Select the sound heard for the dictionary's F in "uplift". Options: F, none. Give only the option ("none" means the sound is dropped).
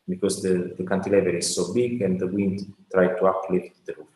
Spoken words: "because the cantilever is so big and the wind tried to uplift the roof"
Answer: none